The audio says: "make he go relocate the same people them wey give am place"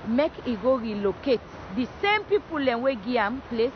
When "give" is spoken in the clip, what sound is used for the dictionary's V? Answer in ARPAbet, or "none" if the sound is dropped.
none